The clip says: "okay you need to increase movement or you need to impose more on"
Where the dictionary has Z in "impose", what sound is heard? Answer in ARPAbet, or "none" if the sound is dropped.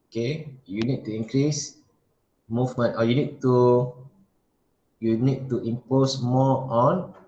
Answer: S